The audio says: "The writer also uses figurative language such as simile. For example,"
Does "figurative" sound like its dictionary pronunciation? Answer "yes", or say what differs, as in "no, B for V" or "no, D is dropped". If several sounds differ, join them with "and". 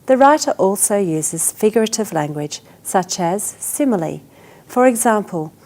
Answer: yes